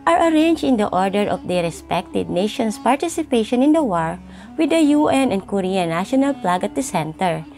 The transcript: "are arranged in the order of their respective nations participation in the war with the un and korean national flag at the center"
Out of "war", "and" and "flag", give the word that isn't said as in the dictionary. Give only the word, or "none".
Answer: flag